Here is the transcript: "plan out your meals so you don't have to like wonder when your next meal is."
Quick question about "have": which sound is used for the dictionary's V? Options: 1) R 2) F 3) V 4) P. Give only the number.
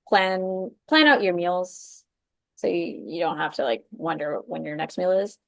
2